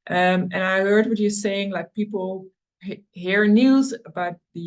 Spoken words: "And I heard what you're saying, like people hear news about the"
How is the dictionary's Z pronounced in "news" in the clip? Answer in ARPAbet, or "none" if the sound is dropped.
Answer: Z